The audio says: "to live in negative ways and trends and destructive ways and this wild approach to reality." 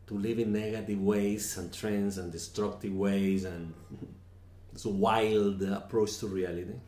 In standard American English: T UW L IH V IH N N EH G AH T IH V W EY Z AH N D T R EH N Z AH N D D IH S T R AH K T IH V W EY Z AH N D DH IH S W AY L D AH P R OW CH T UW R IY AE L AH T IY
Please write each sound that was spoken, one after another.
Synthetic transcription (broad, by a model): T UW L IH V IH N N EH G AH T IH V W EY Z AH N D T R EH N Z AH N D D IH S T R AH K T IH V W EY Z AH N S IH W AY L D AH P R OW CH T UW R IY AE L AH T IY